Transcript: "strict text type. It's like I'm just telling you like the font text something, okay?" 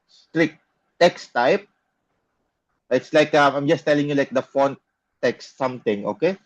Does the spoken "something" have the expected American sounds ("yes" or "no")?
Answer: no